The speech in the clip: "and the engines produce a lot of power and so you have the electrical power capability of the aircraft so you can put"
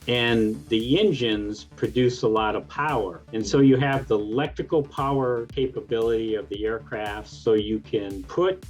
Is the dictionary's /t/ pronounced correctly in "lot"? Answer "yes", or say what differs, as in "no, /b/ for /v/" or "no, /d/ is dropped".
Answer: yes